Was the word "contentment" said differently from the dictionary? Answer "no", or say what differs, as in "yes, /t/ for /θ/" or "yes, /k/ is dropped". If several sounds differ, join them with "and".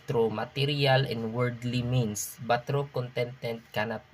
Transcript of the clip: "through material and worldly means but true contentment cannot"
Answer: yes, /m/ is dropped